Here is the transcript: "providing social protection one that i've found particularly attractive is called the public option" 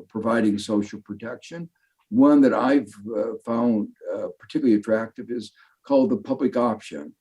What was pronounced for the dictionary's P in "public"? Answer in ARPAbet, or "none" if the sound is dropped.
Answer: P